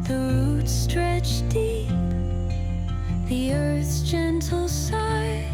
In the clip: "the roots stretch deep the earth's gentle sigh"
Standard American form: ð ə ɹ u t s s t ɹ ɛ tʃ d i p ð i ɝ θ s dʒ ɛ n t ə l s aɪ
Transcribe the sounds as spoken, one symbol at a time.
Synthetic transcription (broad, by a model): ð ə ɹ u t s s t ɹ ɛ tʃ d i p ð i ɝ θ s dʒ ɛ n t l s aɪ